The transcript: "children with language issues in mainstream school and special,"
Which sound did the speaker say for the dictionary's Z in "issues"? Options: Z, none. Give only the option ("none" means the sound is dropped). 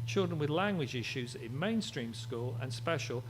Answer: Z